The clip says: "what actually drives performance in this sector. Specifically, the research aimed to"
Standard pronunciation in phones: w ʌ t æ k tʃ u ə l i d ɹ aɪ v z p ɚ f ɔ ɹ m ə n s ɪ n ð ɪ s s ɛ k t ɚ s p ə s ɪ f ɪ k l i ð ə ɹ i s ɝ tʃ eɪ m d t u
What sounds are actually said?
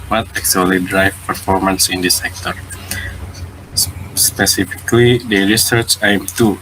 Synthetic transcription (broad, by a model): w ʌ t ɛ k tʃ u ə l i d ɹ aɪ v p ɚ f ɔ ɹ m ə n s ɪ n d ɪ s s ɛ k t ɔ s p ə s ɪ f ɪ k l i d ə ɹ i s ɝ tʃ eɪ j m t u